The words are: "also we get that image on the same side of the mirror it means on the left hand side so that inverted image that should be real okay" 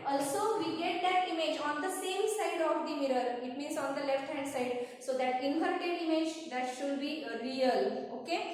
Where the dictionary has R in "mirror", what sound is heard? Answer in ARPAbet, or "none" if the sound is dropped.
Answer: R